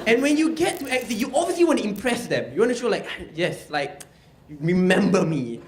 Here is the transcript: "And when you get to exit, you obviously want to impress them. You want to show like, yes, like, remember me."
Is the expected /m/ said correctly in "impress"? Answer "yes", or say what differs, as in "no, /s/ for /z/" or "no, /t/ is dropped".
yes